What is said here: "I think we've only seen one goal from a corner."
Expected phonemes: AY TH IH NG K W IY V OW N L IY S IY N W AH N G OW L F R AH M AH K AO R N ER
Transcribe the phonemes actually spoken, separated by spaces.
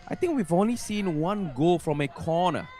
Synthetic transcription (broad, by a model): AY T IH NG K W IY V OW N L IY S IY N W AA N G OW L F R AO M AH K AO N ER